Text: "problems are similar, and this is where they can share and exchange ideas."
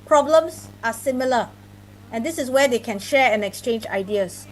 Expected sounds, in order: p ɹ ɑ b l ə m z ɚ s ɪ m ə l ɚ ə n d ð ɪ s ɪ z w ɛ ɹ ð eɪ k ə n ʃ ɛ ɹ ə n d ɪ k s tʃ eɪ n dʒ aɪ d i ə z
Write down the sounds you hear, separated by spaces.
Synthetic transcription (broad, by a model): p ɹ ɑ b l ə m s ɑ s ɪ m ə l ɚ ə n d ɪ s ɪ s w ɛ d eɪ k ə n ʃ ɛ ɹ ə n ɪ k s tʃ eɪ n dʒ aɪ d i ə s